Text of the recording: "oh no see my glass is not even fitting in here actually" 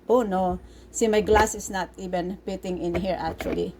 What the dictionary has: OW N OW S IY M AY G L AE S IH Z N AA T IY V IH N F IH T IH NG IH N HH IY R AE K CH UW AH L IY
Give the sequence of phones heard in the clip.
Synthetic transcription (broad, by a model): OW N OW S IY M AY G L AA S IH S N AA T IY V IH N P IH T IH NG IH N HH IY R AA K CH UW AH L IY